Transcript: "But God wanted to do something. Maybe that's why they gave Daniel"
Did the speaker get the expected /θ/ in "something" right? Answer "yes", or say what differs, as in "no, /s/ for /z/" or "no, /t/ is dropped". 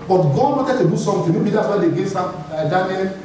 no, /t/ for /θ/